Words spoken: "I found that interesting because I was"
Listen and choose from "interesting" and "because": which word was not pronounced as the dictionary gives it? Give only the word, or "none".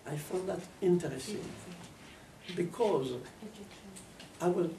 none